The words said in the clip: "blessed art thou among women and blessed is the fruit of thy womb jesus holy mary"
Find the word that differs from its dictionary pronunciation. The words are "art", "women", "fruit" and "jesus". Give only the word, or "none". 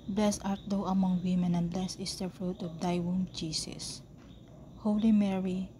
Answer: jesus